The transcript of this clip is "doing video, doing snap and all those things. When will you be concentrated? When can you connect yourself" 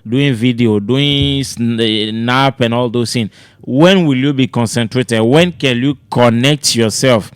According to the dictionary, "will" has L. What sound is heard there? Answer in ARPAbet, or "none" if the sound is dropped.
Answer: L